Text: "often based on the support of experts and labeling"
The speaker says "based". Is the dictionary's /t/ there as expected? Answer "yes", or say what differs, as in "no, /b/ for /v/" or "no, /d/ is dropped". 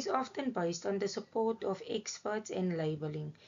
yes